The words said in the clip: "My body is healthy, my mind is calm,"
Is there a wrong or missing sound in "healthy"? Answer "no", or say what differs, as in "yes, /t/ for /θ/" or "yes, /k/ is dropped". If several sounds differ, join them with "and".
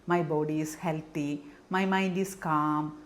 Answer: yes, /t/ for /θ/